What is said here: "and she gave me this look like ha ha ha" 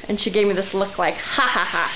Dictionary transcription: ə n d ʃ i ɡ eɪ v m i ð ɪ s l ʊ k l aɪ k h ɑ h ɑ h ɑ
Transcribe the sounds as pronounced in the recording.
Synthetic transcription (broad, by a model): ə n ʃ i ɡ eɪ v m i ð ɪ s l ʊ k l aɪ k h ɑ h ɑ h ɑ